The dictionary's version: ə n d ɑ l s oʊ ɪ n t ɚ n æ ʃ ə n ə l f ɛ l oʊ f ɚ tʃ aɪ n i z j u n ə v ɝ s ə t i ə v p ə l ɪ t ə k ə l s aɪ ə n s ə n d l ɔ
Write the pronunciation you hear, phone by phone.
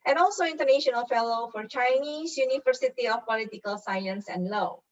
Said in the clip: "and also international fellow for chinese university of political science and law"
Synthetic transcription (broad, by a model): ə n ɑ l s oʊ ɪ n t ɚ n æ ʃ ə n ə l f ɛ l oʊ f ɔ tʃ aɪ n i s j u n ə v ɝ s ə t i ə f p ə l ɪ t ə k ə l s aɪ ə n s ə n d l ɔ